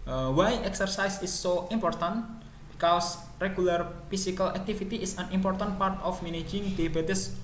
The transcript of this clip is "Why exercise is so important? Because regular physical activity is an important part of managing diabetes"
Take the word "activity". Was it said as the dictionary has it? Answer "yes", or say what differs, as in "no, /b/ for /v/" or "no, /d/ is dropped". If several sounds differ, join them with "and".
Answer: no, /f/ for /v/